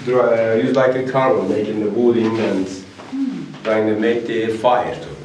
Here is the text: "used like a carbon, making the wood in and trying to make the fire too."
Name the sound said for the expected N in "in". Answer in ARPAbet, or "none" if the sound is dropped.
L